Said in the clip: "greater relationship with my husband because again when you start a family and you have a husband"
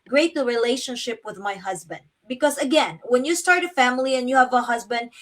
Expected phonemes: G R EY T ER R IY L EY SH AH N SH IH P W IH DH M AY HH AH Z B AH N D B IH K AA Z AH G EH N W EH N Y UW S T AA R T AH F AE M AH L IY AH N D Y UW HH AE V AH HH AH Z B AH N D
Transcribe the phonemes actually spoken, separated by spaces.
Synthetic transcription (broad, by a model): G R EY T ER R IY L EY SH AH N SH IH P W IH DH M AY HH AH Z B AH N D B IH K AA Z AH G EH N W EH N Y UW S T AA R T AH F AE M AH L IY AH N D Y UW HH AE V AH HH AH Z B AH N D